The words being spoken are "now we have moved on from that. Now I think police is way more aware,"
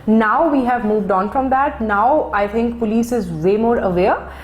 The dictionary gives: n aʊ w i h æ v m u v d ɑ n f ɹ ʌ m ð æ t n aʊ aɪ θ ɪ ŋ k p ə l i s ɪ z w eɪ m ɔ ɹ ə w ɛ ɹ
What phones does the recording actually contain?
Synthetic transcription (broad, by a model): n aʊ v i h æ v m u v d ɑ n f ɹ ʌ m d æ t n aʊ aɪ t ɪ ŋ k p ə l i s ɪ z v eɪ m ɔ ɹ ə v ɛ ɹ